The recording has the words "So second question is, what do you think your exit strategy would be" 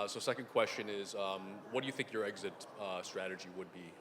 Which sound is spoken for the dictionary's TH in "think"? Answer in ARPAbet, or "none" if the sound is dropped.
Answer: TH